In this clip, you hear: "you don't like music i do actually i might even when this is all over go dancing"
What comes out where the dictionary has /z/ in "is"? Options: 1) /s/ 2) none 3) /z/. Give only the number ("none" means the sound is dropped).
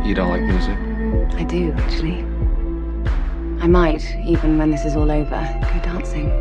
3